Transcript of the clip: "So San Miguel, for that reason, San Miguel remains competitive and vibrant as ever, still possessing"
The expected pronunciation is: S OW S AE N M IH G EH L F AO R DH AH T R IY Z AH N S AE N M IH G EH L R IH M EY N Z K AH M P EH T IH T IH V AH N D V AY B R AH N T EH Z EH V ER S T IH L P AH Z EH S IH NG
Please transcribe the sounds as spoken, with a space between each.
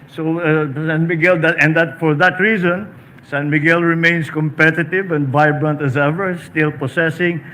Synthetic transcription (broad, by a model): S OW S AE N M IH G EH L F AO R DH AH T R IY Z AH N S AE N M IH G EH L R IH M EY N S K AH M P EH T IH T IH V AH N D V AY B R AH N T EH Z EH V ER S T IH L P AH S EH S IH NG